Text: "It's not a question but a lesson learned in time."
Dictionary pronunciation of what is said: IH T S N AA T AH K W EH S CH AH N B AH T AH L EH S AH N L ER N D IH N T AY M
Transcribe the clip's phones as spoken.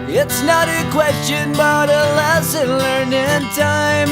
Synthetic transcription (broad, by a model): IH T S N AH T AH K W EH S CH AH N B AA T AH L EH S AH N L ER N IH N T AY M